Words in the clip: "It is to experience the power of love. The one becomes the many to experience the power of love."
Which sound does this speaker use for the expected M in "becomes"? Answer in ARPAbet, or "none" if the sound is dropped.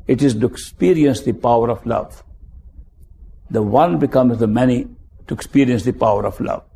M